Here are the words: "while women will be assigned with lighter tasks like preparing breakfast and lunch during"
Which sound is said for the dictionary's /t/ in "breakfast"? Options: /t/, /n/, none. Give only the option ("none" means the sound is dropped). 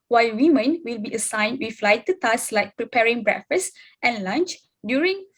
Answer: /t/